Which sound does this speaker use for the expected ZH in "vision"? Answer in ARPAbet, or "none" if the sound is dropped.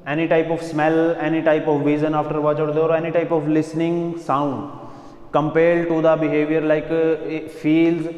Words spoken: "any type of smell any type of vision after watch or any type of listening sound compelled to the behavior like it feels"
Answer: Z